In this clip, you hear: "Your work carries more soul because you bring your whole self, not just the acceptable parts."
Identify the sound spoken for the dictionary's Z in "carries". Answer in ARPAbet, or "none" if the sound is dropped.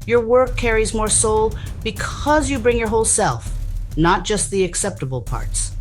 Z